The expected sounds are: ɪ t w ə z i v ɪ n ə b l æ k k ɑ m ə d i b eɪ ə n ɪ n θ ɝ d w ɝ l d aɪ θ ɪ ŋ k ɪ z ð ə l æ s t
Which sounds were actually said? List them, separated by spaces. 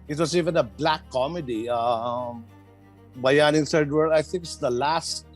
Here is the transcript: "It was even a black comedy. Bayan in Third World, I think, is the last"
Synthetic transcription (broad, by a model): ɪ t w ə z i v ɪ n ə b l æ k k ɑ m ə d i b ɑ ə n ɪ n s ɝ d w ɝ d aɪ θ ɪ ŋ k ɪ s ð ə l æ s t